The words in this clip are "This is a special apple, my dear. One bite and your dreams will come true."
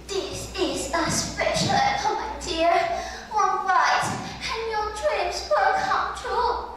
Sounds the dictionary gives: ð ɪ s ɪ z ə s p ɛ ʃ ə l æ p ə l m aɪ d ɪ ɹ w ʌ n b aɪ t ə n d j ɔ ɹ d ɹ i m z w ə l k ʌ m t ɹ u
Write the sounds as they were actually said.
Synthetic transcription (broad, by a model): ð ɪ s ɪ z ə s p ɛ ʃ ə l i ə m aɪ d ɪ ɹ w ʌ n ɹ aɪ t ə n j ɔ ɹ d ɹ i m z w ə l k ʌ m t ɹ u